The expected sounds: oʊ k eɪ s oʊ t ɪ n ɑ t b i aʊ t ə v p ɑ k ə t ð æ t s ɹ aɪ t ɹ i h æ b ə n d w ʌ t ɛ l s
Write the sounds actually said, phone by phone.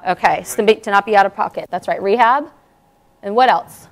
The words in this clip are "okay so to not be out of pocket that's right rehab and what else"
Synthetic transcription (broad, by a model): oʊ k eɪ s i t ɪ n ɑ t b i aʊ t ə v p ɑ k ə t ð æ t s ɹ aɪ t ɹ i h æ b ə n w ʌ t ɛ l s